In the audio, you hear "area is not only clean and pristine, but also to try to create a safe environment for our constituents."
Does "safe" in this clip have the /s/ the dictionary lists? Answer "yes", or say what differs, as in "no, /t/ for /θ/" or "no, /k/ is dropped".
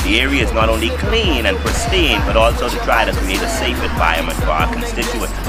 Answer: yes